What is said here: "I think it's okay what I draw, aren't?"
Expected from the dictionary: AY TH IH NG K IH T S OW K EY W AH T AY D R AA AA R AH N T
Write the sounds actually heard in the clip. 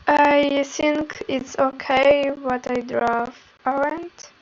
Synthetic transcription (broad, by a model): AY TH IH NG K IH T S OW K EY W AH T AY D R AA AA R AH N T